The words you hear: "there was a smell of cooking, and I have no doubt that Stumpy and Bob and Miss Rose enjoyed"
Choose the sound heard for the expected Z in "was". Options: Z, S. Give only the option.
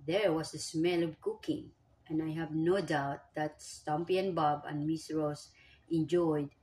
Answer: S